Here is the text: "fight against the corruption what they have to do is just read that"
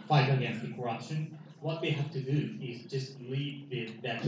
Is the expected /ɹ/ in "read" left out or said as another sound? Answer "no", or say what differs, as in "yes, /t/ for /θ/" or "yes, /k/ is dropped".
yes, /l/ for /ɹ/